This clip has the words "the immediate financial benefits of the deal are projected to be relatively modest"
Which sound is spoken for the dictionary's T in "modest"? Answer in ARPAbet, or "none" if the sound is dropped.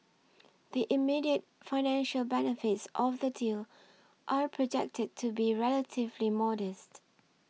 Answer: T